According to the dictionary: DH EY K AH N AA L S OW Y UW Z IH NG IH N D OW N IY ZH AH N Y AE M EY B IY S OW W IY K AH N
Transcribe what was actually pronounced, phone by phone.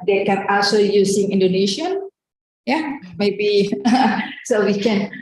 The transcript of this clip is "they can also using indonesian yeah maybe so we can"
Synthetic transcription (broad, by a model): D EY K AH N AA S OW Y UW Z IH NG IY N D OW N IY SH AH N Y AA M EY B IY S OW W IY K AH N